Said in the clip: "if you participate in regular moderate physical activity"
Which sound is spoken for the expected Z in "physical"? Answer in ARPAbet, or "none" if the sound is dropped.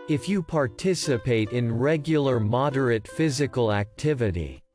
Z